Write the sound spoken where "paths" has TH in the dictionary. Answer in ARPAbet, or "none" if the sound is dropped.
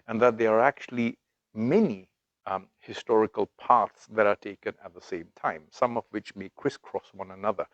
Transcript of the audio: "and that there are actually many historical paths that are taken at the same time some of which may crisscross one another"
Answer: T